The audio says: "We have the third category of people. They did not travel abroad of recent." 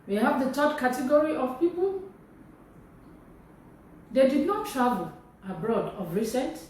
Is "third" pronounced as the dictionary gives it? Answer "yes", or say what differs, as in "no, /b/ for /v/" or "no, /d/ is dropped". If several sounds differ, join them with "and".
no, /t/ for /θ/